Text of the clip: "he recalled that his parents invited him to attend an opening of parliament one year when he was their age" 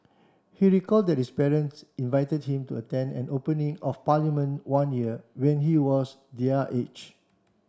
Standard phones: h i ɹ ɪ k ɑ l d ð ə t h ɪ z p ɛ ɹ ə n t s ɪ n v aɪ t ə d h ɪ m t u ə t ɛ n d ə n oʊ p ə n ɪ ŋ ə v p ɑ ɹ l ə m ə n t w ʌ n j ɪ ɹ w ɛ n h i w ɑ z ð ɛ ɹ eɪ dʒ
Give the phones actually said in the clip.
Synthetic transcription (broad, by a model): h i ɹ ɪ k ɑ l d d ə t h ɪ s p ɛ ɹ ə n s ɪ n v aɪ t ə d h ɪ m t u ə t ɛ n d ə n oʊ p ə n ɪ ŋ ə f p ɑ l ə m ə n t w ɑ n j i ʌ w ɛ n h i w ɑ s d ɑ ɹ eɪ tʃ